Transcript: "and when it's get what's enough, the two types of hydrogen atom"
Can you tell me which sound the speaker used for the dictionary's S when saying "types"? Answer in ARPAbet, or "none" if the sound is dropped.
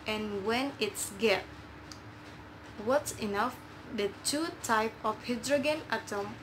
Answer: none